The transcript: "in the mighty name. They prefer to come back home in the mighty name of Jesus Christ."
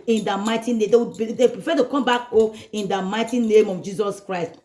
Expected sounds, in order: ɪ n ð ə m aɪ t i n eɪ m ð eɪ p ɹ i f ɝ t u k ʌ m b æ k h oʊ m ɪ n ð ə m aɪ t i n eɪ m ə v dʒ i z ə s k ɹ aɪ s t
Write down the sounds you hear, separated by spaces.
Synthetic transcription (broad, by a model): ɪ n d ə m aɪ t i n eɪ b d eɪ p ɹ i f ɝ t u k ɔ m b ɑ k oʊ ɪ n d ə m aɪ t i n eɪ m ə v dʒ i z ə s k ɹ aɪ s t